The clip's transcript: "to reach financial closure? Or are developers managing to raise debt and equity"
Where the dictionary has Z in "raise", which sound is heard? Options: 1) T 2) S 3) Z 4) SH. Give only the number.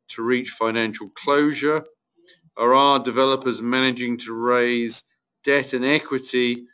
3